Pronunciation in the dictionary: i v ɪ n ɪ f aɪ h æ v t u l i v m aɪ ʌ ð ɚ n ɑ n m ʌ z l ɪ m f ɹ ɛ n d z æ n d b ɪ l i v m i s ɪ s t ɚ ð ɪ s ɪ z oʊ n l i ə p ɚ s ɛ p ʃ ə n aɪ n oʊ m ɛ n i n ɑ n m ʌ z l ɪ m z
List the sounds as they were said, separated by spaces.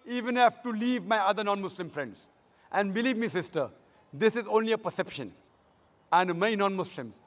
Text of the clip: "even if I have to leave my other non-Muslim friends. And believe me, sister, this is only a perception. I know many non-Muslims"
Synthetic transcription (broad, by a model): i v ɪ n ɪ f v t u l i v m aɪ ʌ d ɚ n ɑ n m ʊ s l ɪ m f ɹ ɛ n d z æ n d b ɪ l i v m i s ɪ s t ɚ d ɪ s ɪ z oʊ n l i ə p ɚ s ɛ p ʃ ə n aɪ n m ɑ i n ɑ n m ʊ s l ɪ m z